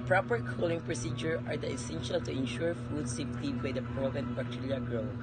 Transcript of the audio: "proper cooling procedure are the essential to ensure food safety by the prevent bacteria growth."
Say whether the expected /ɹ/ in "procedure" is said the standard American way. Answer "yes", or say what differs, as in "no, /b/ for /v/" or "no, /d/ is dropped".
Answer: yes